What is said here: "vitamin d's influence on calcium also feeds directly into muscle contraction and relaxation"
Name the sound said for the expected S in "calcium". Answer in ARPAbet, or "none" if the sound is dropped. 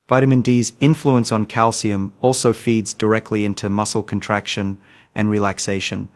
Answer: S